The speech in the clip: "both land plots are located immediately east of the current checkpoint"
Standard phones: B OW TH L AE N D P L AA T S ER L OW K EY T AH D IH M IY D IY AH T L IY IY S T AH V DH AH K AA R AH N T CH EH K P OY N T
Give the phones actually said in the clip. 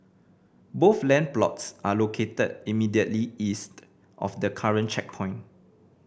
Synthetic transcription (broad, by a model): B OW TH L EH N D P L AA T S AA L OW K EY T AH D IH M IY D IY AH T L IY IY S T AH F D AH K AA R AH N CH EH K P OY N